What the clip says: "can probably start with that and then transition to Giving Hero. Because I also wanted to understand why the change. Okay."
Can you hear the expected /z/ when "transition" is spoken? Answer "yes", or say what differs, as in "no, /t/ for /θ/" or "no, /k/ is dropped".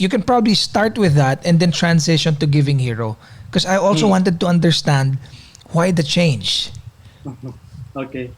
no, /s/ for /z/